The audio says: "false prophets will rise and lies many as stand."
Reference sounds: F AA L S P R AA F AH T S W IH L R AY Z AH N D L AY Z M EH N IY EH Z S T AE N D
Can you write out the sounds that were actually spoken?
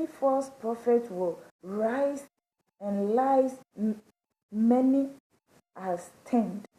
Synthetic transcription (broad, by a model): F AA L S P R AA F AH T W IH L R AY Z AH N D L AY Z M EH N IY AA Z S T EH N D